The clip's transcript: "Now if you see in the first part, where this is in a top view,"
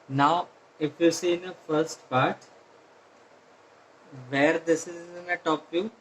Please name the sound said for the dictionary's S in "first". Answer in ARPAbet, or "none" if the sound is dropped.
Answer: S